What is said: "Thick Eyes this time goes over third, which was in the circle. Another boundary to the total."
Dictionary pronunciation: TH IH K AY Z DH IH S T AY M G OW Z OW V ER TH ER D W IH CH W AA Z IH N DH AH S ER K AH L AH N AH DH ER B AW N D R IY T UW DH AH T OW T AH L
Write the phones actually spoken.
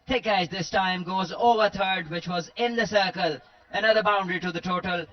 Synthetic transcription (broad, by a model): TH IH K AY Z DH IH S T AY M G OW Z OW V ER T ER D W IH CH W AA Z IH N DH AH S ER K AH L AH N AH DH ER B AW N D R IY T UW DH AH T OW T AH L